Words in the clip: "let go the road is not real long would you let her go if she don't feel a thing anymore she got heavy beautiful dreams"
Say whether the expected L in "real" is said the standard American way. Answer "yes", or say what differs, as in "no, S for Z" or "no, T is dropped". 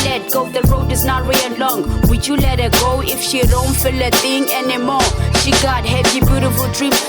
no, N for L